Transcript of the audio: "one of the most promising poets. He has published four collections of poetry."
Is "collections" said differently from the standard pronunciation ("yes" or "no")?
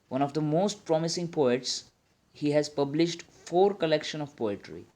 yes